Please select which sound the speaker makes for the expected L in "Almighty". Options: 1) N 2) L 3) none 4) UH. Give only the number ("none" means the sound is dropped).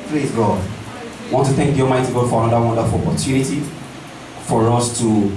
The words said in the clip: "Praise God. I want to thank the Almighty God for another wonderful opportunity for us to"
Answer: 3